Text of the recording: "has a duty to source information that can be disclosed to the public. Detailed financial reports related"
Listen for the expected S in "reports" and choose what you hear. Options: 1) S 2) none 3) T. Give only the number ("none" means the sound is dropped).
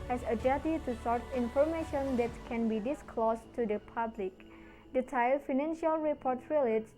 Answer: 2